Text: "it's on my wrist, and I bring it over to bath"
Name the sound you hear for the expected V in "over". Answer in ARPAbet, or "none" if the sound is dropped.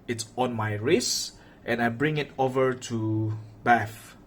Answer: V